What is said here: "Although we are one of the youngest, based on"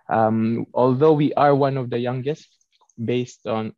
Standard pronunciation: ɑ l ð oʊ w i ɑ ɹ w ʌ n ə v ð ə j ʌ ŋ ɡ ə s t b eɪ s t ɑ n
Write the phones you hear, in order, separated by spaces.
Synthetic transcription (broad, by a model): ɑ l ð oʊ w i ɑ ɹ w ʌ n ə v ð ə j ʌ ŋ ɡ ə s t b eɪ s t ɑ n